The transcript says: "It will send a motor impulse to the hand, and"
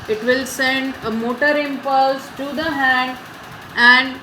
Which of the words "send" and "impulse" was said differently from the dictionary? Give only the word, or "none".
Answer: none